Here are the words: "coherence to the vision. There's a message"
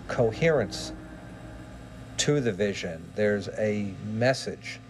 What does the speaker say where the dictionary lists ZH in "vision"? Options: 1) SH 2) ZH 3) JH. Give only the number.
2